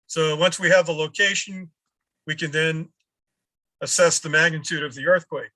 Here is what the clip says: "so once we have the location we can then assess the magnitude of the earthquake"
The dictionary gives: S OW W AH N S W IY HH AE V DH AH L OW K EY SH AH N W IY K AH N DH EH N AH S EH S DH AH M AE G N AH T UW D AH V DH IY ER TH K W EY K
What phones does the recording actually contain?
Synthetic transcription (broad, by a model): S OW W AH N S W IY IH V DH AH L OW K EY SH AH N W IY K AH N DH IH N AH S EH S DH AH M AE G N AH T UW D AH V DH IY ER TH K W EY K